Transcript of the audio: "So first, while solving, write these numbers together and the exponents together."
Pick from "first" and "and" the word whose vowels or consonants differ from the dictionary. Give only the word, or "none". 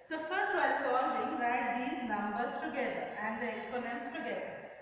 first